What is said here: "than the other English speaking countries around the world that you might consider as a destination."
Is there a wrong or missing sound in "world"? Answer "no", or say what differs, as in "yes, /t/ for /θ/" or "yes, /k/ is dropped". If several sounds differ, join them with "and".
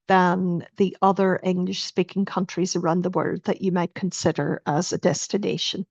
yes, /l/ is dropped